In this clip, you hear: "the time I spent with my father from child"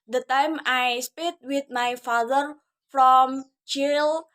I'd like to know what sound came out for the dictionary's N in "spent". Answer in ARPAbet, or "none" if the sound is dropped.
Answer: none